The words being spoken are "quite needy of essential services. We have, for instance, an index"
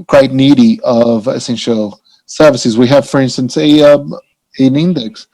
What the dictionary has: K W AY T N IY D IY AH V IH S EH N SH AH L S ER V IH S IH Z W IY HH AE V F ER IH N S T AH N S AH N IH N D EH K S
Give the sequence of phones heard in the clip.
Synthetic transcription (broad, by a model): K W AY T N IY D IY AH V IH S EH N SH L S ER V IH S IH Z W IY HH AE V F ER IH N S T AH N S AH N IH N D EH K S